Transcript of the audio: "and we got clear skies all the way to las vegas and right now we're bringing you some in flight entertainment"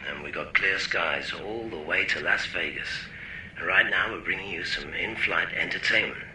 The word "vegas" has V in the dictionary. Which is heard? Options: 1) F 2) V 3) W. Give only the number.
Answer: 1